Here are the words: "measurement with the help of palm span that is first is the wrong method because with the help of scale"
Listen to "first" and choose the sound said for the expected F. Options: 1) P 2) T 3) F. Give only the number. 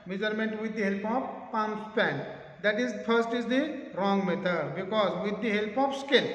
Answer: 1